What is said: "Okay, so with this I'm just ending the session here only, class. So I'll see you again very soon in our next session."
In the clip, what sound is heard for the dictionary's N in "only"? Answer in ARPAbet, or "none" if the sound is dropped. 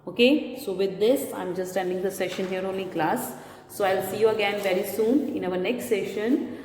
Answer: none